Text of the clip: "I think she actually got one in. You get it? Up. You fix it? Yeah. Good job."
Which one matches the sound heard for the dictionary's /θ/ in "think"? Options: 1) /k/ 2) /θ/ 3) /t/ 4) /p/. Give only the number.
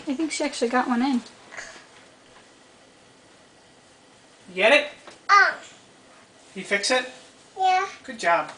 2